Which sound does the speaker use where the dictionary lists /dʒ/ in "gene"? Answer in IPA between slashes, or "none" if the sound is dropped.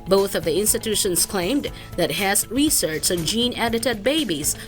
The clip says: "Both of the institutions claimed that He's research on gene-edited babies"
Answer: /dʒ/